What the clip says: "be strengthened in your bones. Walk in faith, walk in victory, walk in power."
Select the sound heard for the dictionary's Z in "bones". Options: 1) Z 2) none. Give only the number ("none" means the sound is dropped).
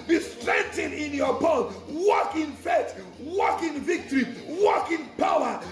2